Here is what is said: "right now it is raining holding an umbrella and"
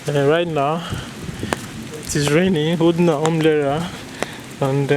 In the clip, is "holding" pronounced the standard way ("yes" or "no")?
no